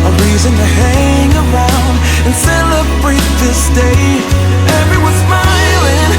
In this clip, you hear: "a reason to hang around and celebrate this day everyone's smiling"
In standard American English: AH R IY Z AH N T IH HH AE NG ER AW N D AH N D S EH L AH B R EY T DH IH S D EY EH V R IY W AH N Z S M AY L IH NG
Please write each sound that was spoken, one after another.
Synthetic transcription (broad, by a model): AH R IY Z AH N T IH HH AE NG ER AW N D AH N S EH L AH B R EY T DH IH S D EY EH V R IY W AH Z S M AY L IH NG